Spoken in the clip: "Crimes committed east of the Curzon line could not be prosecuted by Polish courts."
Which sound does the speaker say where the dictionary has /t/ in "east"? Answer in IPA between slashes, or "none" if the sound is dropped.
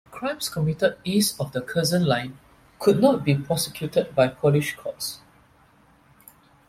none